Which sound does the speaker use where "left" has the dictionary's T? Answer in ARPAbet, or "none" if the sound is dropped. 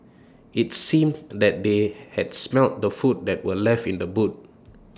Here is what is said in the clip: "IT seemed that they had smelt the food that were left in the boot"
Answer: T